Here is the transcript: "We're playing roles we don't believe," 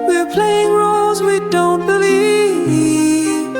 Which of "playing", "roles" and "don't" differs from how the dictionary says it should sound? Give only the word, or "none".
none